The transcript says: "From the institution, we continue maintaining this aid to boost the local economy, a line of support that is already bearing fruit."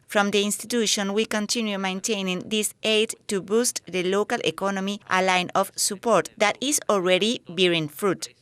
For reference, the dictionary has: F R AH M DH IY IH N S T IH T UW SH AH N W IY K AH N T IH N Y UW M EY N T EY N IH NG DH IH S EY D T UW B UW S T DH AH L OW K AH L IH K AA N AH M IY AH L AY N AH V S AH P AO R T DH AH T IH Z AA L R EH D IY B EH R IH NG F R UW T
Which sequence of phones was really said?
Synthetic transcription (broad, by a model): F R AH M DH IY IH N S T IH T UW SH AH N W IY K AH N T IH N Y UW M EY N T EY N IH NG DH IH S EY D T UW B UW S T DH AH L OW K AH L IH K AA N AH M IY AH L AY N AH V S AH P AO R T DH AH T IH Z AA L R EH D IY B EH R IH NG F R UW T